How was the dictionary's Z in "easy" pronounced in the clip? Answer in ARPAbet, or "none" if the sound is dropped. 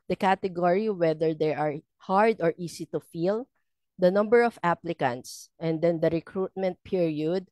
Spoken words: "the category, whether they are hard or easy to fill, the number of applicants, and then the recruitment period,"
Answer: S